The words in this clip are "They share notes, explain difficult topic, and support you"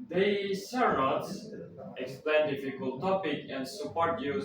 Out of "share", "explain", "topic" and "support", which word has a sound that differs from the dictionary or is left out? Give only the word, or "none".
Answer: share